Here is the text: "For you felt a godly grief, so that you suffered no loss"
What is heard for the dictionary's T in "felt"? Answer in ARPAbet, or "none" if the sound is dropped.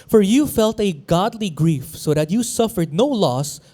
T